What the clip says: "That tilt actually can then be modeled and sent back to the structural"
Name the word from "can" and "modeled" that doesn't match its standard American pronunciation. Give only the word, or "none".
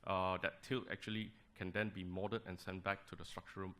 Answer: modeled